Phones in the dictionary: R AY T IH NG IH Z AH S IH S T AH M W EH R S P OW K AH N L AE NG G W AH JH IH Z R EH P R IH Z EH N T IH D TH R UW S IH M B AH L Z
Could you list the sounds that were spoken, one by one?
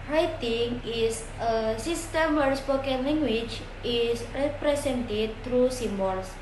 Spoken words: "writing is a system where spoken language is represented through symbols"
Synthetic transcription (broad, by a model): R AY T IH NG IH S AH S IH S T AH M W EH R S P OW K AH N L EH NG G W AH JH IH S R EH P R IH S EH N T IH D T R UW S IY M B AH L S